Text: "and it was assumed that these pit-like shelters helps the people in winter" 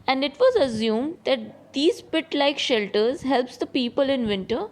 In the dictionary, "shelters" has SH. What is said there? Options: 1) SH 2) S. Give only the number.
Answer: 1